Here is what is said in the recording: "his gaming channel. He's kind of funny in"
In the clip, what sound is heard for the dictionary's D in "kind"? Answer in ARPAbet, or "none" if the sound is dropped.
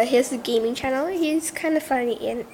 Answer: D